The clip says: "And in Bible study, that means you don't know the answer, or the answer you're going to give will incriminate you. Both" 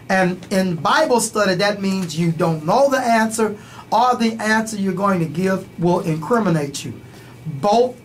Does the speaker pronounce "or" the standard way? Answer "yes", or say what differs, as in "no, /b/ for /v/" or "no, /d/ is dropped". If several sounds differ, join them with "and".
no, /l/ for /ɹ/